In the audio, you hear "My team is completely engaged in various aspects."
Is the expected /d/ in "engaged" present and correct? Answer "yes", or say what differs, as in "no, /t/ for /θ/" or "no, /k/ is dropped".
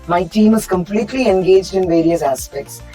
yes